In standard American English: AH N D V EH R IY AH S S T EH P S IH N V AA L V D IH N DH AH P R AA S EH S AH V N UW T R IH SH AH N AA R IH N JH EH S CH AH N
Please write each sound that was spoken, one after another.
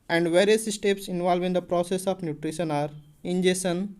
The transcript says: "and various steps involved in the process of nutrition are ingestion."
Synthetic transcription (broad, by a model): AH N D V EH R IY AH S S T EH P S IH N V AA L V IH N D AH P R AA S EH S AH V N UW T R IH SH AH N AA R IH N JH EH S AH N